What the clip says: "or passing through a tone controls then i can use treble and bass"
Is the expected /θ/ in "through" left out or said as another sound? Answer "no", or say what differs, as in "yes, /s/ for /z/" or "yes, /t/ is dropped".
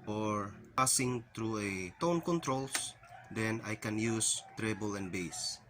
yes, /t/ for /θ/